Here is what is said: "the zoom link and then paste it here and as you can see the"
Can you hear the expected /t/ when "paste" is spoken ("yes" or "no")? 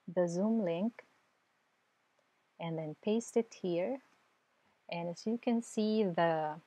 yes